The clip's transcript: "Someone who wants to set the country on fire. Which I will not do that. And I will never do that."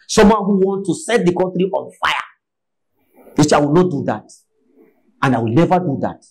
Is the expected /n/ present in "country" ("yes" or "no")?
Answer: no